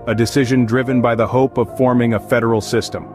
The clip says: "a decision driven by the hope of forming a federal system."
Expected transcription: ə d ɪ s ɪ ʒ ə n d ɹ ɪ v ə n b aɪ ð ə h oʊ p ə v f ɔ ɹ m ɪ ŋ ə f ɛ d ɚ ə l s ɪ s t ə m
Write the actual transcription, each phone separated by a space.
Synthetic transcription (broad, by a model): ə d ɪ s ɪ ʒ ə n d ɹ ɪ v ə n b aɪ ð ə h oʊ p ə v f ɔ ɹ m ɪ ŋ ə f ɛ d ɚ l s ɪ s t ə m